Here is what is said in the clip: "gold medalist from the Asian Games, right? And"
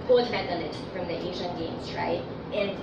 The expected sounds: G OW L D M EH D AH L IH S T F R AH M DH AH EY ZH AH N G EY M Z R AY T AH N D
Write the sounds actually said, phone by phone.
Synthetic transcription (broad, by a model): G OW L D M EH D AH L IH T F R AH M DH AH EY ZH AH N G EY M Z R AY T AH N